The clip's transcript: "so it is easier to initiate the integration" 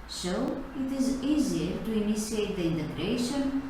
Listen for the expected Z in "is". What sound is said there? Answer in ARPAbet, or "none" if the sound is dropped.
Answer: Z